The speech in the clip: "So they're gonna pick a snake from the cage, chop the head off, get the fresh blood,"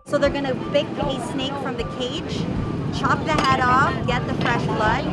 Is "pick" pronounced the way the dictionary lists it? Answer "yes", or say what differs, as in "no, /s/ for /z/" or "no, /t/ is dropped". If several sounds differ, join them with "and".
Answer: no, /b/ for /p/